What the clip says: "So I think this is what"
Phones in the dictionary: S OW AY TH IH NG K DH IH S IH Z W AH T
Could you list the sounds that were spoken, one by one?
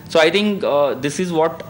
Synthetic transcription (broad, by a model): S OW AY T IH NG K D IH S IH Z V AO T